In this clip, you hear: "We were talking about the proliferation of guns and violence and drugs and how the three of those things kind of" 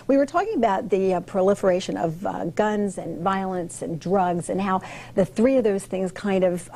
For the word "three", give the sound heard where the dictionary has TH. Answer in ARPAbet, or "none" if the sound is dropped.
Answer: TH